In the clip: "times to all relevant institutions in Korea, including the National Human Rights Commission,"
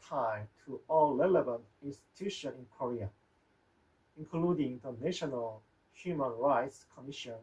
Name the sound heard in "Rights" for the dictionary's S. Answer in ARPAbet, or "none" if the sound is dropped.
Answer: S